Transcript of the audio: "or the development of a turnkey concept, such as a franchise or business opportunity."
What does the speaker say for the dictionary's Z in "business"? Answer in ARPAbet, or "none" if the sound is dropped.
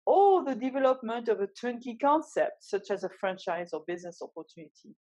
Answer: Z